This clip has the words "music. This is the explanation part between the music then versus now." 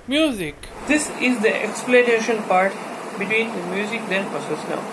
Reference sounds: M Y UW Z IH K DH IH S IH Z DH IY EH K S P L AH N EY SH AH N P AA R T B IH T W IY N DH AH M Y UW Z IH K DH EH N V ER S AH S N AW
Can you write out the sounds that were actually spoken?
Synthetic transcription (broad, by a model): M Y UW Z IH K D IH S IH Z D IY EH K S P L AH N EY SH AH N P AA R T B IH T W IY N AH M Y UW Z IH K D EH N P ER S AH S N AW